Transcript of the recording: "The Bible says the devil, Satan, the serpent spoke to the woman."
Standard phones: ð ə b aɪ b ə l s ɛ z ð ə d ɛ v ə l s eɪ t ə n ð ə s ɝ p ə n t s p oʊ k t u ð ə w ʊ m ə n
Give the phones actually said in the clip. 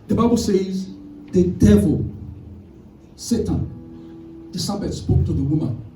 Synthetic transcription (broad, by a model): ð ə b aɪ b ə l s ɛ z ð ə d ɛ v ə l s eɪ t ə n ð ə s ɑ b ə t s p oʊ k t u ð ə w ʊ m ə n